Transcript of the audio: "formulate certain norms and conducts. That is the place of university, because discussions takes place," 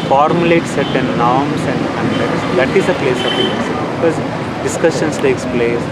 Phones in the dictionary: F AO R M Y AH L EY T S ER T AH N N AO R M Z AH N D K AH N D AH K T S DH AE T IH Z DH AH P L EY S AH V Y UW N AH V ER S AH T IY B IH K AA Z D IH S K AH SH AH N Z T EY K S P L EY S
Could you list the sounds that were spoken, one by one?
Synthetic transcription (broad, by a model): F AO R M Y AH L EY T S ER T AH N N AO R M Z AH N D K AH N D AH T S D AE T IH Z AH P L EY S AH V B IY AH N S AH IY B IH K AA Z D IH S K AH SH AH N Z T EY K S P L EY S